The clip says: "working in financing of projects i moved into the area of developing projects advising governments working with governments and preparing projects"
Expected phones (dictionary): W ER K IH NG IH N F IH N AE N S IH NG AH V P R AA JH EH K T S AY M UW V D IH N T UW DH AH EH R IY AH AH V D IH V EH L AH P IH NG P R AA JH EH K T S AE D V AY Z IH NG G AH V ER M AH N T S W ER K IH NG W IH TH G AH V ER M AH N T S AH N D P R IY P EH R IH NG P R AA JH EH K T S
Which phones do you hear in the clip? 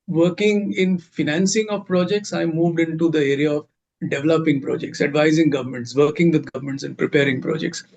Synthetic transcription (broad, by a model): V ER K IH NG IH N F IH N AE N S IH NG AH V P R AA JH EH K T S AY M UW V D IH N T UW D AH EH R IY AH AH V D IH V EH L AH P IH NG P R AA JH EH K T S AE D V AY Z IH NG G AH V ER M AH N T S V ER K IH NG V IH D G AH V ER M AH N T S AH N D P R IY P EH R IH NG P R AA JH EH K T S